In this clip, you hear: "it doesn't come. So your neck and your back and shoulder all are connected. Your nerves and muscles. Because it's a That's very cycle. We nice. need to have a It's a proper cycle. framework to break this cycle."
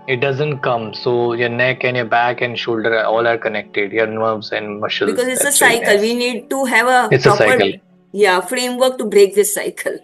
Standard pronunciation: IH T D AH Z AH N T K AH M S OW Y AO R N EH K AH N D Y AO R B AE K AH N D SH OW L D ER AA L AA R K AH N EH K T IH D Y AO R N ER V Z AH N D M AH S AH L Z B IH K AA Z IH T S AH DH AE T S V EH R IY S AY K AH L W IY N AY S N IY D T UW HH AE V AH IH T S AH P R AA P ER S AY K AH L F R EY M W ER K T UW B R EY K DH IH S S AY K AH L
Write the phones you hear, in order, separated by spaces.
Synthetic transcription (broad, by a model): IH T D AH Z AH N T K AH M S OW Y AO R N EH K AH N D Y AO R B AE K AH N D SH OW L D ER AA L AA R K AH N EH K T IH D Y AO R N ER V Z AH N D M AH SH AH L B IH K AA Z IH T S AH S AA IY K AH L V IY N N IY D T UW HH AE V AH IH T S AH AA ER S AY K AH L F R EY M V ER K T UW B R EY K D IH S S AY K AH L